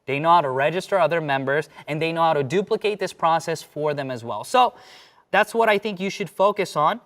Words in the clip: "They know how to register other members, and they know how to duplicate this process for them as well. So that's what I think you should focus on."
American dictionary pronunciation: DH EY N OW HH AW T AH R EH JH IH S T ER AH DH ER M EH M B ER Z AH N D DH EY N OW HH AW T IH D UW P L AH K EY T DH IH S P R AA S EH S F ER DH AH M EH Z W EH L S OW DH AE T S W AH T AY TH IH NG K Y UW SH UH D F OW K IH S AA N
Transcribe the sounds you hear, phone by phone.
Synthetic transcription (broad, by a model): DH EY N OW HH AW T AH R EH JH IH S T ER AH DH ER M EH M B ER Z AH N DH EY N OW HH AW T IH D UW P L AH K EY T DH IH S P R AA S EH S F ER DH AH M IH Z W EH L S OW DH AE T S W AH T AY TH IH NG K Y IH SH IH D F OW K IH S N